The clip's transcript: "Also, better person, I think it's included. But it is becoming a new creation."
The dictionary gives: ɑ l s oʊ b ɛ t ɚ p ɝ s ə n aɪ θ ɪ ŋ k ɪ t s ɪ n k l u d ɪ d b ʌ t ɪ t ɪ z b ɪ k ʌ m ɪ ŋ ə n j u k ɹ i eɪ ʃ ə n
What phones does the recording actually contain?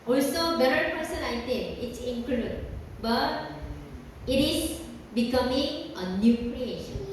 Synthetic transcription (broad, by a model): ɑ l s oʊ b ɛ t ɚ p ɝ s ə n aɪ t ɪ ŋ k ɪ t s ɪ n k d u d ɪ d b ʌ t ɪ t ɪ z b ɪ k ʌ m ɪ ŋ ə n j u k ɹ i eɪ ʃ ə n